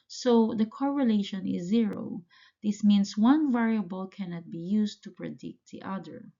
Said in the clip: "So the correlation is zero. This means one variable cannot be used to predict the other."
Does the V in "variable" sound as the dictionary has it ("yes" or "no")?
yes